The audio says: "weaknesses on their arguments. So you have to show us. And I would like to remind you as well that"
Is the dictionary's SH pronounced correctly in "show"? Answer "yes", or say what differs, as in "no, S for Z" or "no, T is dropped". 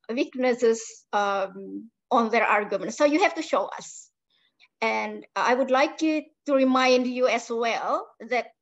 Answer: yes